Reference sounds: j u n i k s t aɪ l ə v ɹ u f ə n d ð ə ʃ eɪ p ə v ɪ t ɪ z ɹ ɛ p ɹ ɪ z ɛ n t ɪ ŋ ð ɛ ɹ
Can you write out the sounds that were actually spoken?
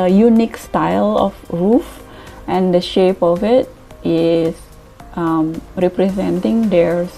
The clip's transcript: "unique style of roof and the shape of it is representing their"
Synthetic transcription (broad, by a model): j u n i k s t aɪ l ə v ɹ u f ə n d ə ʃ eɪ p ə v ɪ t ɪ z ɹ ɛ p ɹ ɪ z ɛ n t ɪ ŋ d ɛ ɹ